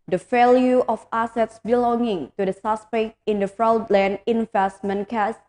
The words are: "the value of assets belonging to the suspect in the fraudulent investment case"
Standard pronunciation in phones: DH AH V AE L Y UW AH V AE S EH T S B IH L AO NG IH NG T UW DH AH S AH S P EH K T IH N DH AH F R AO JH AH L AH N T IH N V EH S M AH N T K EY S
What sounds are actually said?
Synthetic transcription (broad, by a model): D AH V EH L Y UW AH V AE S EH T S B IH L AO NG IH NG T UW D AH S AH S P EH K T IH N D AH F R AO AH L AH N IH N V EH S M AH N K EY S